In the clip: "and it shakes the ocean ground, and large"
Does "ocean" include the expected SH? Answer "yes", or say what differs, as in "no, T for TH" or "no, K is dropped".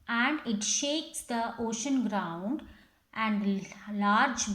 yes